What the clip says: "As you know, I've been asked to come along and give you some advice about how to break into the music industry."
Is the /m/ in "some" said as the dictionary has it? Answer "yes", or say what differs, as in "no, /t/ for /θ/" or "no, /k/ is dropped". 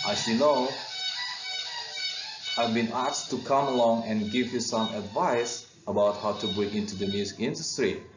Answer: yes